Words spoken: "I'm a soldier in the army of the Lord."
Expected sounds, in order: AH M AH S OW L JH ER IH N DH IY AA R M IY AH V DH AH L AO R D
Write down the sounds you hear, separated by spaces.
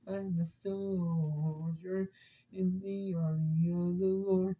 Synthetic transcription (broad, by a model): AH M AH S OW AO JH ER IH N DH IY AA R IY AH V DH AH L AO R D